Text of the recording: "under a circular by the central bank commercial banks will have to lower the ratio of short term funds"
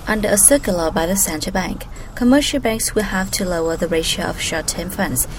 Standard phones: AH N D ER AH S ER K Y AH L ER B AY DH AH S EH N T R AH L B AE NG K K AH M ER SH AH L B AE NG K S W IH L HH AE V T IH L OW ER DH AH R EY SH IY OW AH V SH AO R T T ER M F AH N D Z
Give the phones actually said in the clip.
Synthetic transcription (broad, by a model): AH N D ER AH S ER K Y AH L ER B AY DH AH S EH N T AH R B AE NG K K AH M ER SH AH L B AE NG K S W IH L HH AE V T IH L OW ER DH AH R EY SH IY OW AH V SH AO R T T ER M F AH N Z